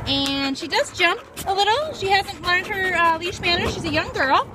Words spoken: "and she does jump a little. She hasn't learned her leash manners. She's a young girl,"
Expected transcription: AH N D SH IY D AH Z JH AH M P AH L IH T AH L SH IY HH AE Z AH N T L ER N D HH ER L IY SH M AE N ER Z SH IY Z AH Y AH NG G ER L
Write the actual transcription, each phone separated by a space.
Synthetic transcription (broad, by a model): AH N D SH IY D AH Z JH AH M P AH L IH T L SH IY HH AE Z AH N T L ER N D HH ER L IY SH M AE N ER SH IY Z AH Y AH NG G ER L